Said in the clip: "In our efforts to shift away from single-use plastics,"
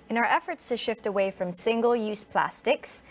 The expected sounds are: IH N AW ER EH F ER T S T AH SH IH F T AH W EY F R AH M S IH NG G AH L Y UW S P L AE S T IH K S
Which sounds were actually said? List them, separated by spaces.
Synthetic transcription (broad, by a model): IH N AW ER EH F ER T S T AH SH IH F T AH W EY F R AH M S IH NG G AH L Y UW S P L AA S T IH K S